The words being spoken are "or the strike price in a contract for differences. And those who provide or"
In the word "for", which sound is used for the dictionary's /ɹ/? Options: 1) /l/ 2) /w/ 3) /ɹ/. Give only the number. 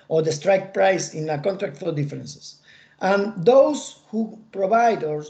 1